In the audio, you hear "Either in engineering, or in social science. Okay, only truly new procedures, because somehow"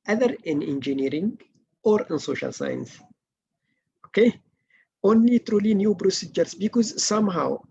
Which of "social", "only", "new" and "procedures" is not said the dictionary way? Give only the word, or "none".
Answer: procedures